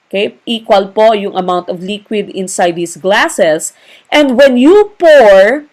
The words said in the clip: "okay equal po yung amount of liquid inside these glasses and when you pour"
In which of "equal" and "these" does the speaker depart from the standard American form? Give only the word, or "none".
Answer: these